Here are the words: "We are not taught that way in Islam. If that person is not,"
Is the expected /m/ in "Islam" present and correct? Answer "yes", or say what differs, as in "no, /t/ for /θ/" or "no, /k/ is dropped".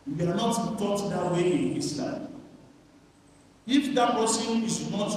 no, /m/ is dropped